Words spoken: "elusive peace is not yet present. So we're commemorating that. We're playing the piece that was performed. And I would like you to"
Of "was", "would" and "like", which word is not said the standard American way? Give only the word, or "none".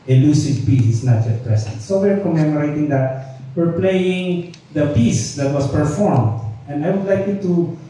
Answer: was